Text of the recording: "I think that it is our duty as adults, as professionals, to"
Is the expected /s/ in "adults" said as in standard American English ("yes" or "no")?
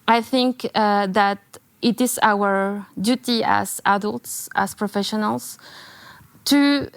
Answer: yes